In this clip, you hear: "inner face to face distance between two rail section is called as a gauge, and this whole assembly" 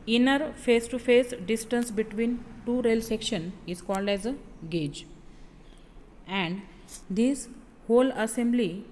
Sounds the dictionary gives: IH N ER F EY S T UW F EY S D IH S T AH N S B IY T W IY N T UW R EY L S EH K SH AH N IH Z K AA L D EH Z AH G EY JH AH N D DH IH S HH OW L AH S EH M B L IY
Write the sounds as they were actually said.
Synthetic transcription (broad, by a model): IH N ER F EY S T UW F EY S D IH S T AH N S B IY T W IY N T UW R EY L S EH K SH AH N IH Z K AA L D EH Z AH G EY JH AH N D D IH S HH OW L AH S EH M B L IY